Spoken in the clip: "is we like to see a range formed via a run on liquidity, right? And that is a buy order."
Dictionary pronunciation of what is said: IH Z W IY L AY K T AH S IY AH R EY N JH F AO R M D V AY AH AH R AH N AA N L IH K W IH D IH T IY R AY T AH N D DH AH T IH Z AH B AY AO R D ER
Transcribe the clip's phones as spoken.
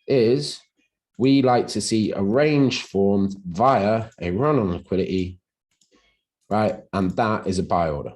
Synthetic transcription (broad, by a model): IH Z W IY L AY K T AH S IY AH R EY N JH F AO M V AY AH AH R AH N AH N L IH K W IH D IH T IY R AY T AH N DH AH T IH Z AH B AY AO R D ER